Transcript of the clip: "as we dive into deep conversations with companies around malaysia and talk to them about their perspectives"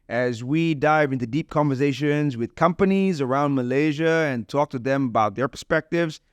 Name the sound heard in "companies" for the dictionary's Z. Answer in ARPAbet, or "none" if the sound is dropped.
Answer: Z